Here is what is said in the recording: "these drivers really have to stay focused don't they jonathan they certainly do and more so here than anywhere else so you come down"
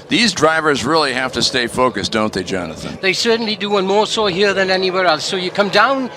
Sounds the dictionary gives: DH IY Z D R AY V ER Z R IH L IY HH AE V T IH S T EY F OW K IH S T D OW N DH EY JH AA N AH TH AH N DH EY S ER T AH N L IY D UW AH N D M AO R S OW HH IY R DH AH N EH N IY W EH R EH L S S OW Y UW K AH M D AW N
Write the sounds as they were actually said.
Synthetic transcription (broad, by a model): DH IY Z D R AY V ER Z R IH L IY HH AE F T IH S T EY F OW K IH S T D OW N DH EY JH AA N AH TH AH N DH EY S ER T N L IY D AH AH N M AO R S OW HH IY R DH AH N EH N IY W EH R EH L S S OW Y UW K AH M D AW N